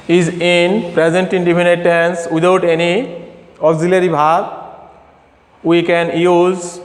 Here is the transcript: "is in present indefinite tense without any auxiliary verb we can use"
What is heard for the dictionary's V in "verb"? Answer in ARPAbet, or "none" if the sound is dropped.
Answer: B